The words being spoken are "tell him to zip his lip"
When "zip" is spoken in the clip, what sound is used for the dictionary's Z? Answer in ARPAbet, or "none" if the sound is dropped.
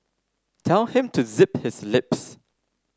Z